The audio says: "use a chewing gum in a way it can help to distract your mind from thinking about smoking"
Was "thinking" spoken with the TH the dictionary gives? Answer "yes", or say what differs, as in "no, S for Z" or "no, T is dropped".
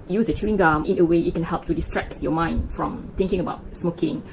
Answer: no, T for TH